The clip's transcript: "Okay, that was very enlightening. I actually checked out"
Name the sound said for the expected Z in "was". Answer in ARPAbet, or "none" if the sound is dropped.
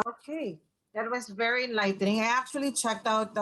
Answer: Z